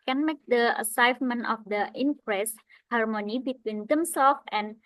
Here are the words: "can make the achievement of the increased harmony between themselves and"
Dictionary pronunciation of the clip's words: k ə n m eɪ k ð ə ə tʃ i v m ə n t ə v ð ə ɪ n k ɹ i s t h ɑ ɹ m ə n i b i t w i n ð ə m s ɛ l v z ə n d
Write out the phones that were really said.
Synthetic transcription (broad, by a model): k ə n m eɪ k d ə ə s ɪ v m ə n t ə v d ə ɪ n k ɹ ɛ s h ɑ ɹ m ə n i b i t w i n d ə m s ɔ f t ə n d